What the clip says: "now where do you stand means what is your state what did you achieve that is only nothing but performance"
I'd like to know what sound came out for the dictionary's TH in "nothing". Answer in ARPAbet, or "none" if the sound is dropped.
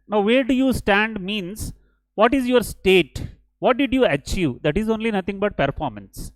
T